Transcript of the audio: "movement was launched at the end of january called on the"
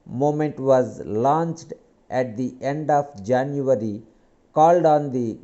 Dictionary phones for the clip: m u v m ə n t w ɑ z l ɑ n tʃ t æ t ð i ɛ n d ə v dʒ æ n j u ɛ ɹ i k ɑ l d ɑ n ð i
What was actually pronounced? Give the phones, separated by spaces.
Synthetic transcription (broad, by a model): m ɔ m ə n t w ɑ z l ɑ n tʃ t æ t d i ɛ n d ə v dʒ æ n j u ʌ ɹ i k ɑ l d ɑ n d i